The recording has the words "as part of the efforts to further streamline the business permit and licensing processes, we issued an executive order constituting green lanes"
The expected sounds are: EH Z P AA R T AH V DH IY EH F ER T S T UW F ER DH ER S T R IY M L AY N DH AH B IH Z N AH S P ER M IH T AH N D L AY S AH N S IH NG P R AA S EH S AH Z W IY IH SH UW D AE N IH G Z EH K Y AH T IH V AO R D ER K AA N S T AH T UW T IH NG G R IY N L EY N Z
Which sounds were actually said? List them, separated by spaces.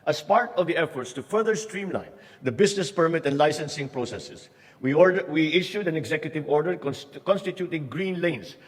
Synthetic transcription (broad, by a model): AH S P AA R T AH V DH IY EH F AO T S T UW F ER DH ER S T R IY M L AY N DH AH B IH S N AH S P ER M IH T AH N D L AY S AH N S IH NG P R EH S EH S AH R W IY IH SH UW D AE N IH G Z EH K Y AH T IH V AO R D ER K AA N S T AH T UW T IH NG G R IY N L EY N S